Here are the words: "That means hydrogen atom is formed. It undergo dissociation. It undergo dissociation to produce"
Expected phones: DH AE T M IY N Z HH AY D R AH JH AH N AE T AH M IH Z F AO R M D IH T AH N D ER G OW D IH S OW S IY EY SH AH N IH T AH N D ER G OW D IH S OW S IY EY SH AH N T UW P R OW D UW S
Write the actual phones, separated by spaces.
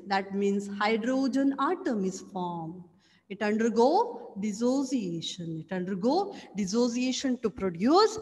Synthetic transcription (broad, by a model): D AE T M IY N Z HH AY D R AH JH AH N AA T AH M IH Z F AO R M IH T AH N D ER G OW D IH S OW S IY EY SH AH N IH T AH N D ER G OW D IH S OW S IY EY SH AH N T UW P R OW D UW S